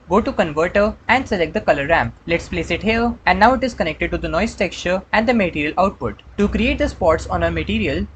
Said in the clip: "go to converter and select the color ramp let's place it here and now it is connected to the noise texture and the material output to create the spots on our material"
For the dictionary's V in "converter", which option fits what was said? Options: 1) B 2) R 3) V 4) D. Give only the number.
3